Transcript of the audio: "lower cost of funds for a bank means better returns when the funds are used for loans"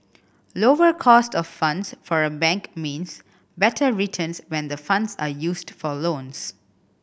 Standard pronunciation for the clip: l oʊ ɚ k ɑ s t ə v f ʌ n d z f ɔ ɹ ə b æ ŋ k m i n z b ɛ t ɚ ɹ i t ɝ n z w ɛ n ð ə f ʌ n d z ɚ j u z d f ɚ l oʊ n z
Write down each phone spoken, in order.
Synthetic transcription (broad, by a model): l oʊ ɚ k ɑ s t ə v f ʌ n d s f ɔ ɹ ə b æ ŋ k m i n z b ɛ t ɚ ɹ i t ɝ n s w ɛ n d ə f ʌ n d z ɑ j u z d f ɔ l oʊ n s